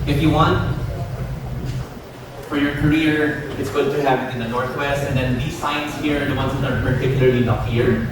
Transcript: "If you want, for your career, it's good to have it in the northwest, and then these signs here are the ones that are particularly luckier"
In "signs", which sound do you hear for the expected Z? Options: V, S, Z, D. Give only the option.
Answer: S